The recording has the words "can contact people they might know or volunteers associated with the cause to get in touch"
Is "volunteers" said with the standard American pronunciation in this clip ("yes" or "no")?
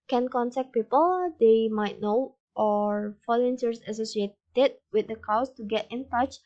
no